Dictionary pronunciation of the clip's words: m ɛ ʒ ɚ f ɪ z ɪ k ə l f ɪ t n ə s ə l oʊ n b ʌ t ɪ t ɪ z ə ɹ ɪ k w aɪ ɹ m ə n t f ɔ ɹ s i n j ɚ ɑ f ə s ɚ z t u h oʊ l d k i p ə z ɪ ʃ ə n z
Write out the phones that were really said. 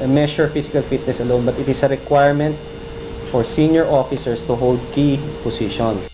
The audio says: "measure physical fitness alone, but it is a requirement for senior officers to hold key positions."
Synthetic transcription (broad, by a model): m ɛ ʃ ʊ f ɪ s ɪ k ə l f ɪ t n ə s ə l oʊ n b ʌ t ɪ t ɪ s ə ɹ ɪ k w aɪ ɹ m ə n t f ɔ ɹ s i n j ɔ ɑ f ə s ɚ s t u h oʊ l d k i p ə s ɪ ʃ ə n